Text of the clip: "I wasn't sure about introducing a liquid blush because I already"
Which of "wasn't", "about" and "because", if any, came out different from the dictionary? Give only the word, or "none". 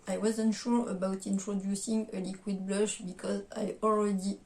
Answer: none